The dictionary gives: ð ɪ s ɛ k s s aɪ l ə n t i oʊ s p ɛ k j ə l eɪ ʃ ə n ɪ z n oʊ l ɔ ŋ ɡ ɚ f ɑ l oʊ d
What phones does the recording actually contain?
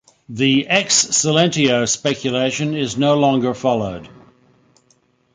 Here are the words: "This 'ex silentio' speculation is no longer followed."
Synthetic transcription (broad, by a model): ð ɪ ɛ k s s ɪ l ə n t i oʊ s p ɛ k j ə l eɪ ʃ ə n ɪ z n oʊ l ɔ ŋ ɡ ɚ f ɑ l oʊ d